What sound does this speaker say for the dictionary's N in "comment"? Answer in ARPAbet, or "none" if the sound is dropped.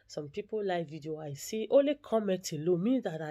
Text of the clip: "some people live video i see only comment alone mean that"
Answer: none